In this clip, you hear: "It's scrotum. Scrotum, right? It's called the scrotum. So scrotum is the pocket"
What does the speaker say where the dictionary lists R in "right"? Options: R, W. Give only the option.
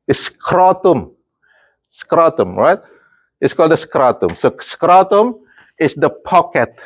R